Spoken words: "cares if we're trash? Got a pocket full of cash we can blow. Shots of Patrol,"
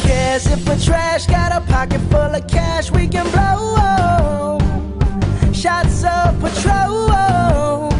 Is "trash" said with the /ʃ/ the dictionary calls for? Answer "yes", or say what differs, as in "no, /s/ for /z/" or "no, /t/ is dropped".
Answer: yes